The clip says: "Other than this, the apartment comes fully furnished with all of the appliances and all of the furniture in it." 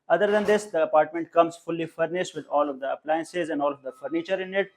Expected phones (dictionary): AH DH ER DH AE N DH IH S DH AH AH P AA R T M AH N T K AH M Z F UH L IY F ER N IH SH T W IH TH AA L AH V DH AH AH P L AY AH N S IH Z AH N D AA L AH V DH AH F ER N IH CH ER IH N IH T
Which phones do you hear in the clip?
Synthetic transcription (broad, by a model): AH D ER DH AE N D IH S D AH AH P AA R T M AH N T K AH M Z F UH L IY F ER N IH SH T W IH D AA L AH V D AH AH P L AY AH N S IH Z AH N D AA L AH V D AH F ER N IH CH ER IH N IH T